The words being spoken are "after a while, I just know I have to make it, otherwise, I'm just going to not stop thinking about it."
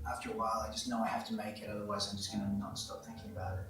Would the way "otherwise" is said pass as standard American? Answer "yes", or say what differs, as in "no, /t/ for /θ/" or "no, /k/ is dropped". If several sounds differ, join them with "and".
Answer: yes